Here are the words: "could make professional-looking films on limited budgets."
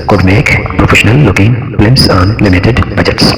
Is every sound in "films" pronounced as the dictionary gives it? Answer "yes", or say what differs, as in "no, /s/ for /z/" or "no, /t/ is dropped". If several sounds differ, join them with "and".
no, /l/ is dropped and /s/ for /z/